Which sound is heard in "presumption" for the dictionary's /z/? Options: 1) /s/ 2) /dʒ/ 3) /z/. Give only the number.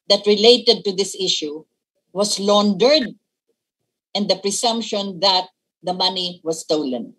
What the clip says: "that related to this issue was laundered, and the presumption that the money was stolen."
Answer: 1